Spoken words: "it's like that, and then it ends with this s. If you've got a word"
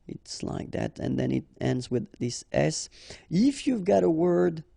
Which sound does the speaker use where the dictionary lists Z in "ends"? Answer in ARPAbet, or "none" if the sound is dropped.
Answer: Z